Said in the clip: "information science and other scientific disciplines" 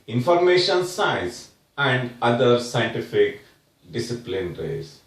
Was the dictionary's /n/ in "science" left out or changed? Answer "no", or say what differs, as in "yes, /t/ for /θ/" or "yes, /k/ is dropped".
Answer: yes, /n/ is dropped